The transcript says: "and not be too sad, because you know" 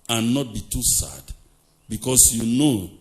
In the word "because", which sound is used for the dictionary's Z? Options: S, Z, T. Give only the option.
S